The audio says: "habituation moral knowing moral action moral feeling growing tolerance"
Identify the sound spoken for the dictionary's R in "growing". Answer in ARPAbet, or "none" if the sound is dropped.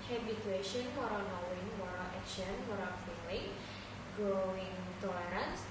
none